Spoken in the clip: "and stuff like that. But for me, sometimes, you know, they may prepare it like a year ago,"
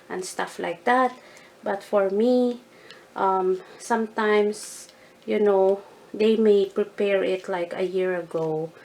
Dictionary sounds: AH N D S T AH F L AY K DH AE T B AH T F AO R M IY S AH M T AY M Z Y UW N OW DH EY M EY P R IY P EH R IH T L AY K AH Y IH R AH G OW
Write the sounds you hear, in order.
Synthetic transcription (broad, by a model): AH N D S T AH F L AY K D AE T B AH T F AO R M IY S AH M T AY M S Y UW N OW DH EY M EY P R IY P EH R IH T L AY K AH Y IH R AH G OW